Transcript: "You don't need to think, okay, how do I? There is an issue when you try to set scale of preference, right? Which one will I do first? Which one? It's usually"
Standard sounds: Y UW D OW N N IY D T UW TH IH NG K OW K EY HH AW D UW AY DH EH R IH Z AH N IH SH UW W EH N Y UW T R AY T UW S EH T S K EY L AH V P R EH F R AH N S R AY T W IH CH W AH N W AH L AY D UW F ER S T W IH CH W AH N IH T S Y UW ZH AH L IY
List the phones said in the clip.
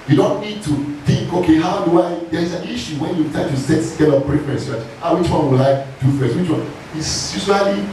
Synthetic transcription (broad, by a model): Y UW D OW N N IY D T UW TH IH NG K OW K EY HH AW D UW AY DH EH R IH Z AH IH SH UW W EH N Y UW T AY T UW S EH T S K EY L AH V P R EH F AH S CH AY W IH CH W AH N W AH L AY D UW F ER S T W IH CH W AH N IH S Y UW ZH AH L IY